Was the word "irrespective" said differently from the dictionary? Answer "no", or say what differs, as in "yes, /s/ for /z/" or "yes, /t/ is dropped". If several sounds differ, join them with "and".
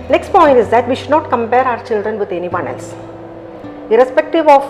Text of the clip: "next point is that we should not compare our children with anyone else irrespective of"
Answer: no